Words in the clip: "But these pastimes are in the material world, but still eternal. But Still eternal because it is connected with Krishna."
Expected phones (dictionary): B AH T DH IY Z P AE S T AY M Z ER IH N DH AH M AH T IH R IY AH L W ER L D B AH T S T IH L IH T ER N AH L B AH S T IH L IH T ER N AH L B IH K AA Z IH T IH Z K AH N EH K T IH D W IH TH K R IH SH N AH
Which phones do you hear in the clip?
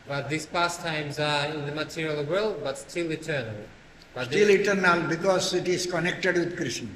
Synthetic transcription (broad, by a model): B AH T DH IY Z P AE S T AY M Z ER IH N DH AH M AH T IH R IY AH L W ER L D B AH T S T IH L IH T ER N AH L B AH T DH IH L IH T ER N AH L B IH K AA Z IH T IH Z K AH N EH K T IH D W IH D K R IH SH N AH